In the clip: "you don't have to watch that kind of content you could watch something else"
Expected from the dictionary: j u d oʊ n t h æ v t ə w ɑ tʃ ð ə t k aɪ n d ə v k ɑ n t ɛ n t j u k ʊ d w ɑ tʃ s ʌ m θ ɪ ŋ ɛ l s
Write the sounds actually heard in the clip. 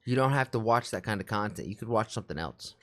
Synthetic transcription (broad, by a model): j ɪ d oʊ n t h æ f t ə w ɑ tʃ ð ə t k aɪ n d ə v k ɑ n t ɛ n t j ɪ k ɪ d w ɑ tʃ s ʌ m θ ɪ ŋ ɛ l s